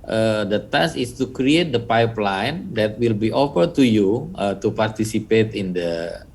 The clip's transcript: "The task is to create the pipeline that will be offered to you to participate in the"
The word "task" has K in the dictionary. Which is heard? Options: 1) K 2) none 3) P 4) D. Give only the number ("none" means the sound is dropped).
2